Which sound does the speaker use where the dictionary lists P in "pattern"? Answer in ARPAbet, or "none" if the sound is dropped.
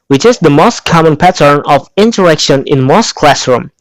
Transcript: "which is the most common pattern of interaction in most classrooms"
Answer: P